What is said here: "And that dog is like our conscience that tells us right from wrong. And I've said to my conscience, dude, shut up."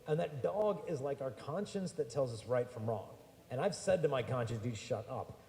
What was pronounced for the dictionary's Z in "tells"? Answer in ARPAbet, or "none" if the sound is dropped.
Z